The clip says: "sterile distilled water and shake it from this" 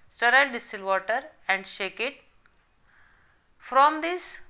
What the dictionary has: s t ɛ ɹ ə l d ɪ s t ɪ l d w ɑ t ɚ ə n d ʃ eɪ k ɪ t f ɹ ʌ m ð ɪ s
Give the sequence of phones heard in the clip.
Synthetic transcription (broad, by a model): s t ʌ ɹ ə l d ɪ s t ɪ l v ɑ t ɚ ə n d ʃ eɪ k ɪ t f ɹ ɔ m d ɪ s